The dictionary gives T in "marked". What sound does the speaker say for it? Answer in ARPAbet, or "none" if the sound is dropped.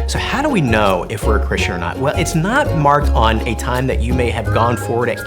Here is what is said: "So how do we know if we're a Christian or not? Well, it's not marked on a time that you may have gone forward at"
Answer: T